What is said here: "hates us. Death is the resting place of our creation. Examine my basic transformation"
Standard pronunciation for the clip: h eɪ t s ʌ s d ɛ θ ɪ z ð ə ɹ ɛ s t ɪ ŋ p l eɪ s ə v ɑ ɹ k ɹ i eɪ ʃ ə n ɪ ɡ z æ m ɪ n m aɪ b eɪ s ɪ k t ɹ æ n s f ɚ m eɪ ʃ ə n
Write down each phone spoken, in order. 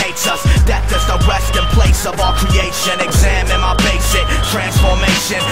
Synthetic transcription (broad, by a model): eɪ t s ʌ s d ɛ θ ɪ z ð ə w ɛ s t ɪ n p l eɪ s ə v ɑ k ɹ i eɪ ʃ ə n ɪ ɡ z æ m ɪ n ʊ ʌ b eɪ s ɪ k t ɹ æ n s f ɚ m eɪ ʃ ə n